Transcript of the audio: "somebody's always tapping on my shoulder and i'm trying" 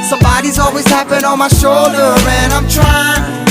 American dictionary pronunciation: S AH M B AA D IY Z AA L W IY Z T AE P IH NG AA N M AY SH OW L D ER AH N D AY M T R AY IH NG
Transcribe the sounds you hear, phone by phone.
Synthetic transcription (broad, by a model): S AH M B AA D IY Z AA L W IY Z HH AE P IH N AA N M AY SH OW L D ER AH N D AY M T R AY IH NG